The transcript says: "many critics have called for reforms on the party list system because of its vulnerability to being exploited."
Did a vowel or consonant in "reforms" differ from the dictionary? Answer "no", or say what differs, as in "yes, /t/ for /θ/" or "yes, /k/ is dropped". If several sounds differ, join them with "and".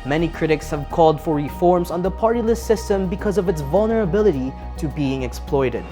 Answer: no